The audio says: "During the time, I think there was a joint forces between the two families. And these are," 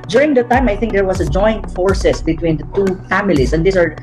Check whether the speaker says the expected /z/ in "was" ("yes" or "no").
no